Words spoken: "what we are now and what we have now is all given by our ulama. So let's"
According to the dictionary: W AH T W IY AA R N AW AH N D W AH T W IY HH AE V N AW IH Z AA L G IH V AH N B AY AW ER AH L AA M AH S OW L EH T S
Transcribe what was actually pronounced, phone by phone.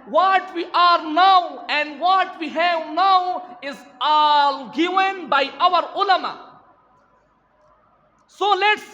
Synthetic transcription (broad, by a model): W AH T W IY AA R N AW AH N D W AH T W IY HH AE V N AW IH Z AA L G IH V AH N B AY AW ER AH L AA M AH S OW L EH T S